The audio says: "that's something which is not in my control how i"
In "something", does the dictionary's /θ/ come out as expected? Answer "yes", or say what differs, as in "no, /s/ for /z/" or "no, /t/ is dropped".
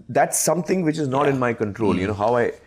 no, /t/ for /θ/